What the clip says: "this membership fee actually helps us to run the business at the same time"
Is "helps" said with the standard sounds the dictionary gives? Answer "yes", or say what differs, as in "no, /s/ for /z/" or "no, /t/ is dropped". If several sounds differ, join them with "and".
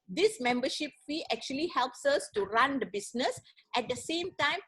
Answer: yes